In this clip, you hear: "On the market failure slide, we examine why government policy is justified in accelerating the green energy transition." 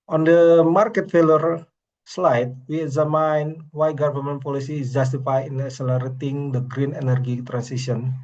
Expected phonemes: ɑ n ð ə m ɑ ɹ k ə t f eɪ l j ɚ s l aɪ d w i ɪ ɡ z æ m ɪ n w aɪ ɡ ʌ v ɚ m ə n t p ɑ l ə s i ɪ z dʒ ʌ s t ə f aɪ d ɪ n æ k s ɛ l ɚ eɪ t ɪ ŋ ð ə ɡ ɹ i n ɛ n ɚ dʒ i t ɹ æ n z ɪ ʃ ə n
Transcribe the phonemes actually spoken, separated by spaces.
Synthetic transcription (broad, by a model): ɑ n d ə m ɑ ɹ k ə t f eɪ l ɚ s l aɪ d w i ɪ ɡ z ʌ m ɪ n w aɪ ɡ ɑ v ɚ m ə n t p ɑ l ə s i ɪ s dʒ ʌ s t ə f aɪ ɪ n æ k s ɛ l ɚ eɪ t ɪ ŋ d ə ɡ ɹ i n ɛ n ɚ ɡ i t ɹ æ n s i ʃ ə n